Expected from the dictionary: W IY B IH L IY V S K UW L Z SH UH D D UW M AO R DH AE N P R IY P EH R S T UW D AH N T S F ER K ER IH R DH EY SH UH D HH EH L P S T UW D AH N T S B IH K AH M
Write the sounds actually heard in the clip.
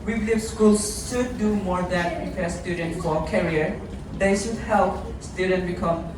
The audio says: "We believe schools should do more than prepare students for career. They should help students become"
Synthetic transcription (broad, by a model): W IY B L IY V S K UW L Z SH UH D D UW M AO R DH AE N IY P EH S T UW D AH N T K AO K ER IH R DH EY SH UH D HH EH L P S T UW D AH N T B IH K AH M